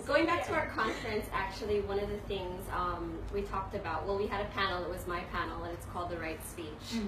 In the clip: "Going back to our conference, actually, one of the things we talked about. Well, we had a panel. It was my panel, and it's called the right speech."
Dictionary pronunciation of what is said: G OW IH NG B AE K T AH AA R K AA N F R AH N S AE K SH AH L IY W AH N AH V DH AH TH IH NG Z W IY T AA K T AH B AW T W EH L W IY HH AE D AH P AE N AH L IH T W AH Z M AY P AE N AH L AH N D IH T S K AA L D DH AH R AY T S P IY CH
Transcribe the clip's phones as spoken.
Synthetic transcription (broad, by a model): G OW IH NG B AE K T AH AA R K AA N F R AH N S AE K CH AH L IY W AH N AH V DH AH TH IH NG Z W IY T AA K T AH B AW T W EH L W IY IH D AH P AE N L IH T W AH Z M AY P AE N L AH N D IH T S K AA L D DH AH R AY T S P IY CH